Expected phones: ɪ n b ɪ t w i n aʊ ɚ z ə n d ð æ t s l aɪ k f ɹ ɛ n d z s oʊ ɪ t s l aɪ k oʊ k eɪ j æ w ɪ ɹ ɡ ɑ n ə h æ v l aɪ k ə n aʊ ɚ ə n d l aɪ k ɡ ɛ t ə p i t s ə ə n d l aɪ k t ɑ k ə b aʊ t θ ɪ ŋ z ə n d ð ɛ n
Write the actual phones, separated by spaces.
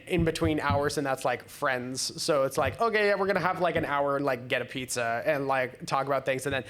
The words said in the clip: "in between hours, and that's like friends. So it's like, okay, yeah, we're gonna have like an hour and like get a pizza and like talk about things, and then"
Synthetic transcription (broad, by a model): ɪ n b ɪ t w i n aʊ ɚ z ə n ð æ t s l aɪ k f ɹ ɛ n d z s oʊ ɪ t s l aɪ k oʊ k eɪ j æ w ɪ ɹ ɡ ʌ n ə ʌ v l aɪ k ə n aʊ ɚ ə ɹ l aɪ k ɡ ɛ t ə p i t s ə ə n l aɪ k t ɑ k ə b aʊ t θ ɪ ŋ z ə n ð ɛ n